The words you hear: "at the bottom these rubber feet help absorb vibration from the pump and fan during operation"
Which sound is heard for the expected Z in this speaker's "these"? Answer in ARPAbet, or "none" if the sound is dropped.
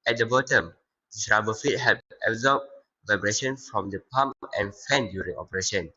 S